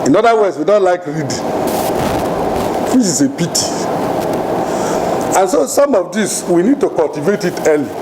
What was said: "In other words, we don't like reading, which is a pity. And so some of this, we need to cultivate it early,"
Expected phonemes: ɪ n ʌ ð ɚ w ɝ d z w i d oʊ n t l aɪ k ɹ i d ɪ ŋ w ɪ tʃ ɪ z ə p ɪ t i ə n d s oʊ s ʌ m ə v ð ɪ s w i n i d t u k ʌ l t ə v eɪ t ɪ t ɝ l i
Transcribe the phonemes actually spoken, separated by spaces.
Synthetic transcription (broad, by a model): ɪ n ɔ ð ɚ w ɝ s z w i d oʊ n t l aɪ k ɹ i d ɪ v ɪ s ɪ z ə p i t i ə n s oʊ s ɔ m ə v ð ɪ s w i n i d t u k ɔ l t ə v eɪ t ɪ t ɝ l i